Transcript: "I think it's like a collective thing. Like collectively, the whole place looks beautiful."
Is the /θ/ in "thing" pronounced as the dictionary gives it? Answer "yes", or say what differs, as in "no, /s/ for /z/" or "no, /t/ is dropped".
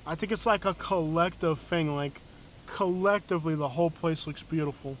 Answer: yes